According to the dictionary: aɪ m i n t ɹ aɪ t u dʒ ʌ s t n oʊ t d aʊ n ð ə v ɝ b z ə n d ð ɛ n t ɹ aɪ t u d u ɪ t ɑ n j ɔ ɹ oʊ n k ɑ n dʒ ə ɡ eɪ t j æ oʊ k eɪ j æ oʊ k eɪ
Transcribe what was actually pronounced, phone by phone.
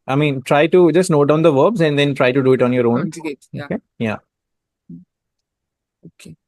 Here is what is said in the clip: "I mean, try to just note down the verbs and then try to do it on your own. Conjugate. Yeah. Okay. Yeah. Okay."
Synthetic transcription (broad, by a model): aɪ m i n t ɹ aɪ t u dʒ ʌ s t n oʊ t d aʊ n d ə v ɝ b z ə n d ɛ n t ɹ aɪ t u d u ɪ t ɑ n j ɔ ɹ oʊ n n ə oʊ k eɪ j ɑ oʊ k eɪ